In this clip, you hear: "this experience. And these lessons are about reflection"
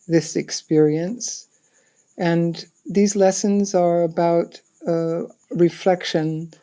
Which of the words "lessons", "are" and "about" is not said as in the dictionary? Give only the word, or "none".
none